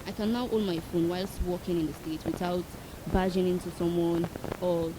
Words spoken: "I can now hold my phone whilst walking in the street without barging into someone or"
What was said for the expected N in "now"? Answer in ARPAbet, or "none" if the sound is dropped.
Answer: N